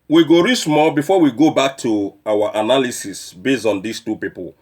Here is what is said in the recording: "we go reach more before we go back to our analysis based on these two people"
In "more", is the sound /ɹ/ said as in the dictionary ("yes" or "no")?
no